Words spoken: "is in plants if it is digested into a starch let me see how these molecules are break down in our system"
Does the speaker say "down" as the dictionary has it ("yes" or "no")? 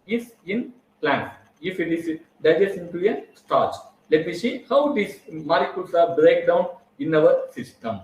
yes